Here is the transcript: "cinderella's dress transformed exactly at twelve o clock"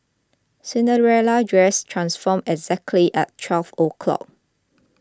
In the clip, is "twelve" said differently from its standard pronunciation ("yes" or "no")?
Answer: yes